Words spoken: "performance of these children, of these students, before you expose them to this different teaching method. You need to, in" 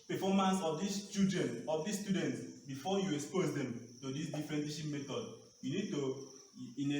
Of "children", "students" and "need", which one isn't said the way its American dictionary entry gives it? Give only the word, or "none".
children